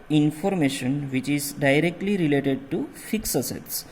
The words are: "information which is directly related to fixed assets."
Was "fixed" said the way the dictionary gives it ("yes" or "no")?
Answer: no